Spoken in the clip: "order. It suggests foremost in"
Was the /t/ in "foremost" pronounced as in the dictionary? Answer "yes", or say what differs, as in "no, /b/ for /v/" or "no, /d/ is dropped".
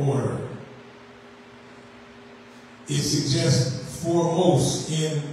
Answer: no, /t/ is dropped